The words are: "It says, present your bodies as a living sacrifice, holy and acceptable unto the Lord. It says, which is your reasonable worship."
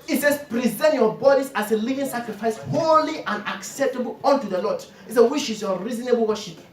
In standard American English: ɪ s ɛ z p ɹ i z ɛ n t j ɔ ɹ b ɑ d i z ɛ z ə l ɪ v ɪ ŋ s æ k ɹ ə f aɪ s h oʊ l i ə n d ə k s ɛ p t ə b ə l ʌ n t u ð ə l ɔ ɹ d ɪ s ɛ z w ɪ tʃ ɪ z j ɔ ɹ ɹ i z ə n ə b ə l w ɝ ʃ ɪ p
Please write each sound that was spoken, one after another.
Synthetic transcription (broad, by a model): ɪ s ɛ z p ɹ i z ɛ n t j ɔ b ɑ d i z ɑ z ə l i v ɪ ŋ s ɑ k ɹ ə f aɪ s h oʊ l i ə n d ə k s ɛ p t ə b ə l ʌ n t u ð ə l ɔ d ɪ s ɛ w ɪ ʃ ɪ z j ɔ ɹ ɹ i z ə n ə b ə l w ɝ ʃ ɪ p